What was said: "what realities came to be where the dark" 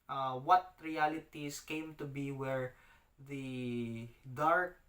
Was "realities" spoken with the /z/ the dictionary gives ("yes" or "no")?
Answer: no